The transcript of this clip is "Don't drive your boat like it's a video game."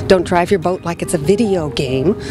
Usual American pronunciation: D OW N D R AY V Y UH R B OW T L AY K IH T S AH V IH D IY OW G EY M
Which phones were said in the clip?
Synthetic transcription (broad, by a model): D OW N D R AY V Y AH R B OW T L AY K IH T S AH V IH D IY OW G EY M